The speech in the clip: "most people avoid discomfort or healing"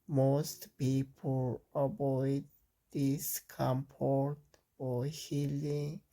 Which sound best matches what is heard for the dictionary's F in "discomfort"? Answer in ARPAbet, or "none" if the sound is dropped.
P